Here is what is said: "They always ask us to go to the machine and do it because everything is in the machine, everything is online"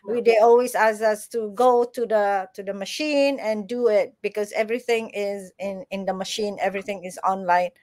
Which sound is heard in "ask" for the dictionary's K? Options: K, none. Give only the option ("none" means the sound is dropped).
none